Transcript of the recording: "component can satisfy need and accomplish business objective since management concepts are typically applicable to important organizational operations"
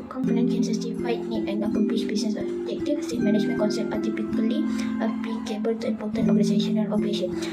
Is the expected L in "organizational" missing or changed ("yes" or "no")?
yes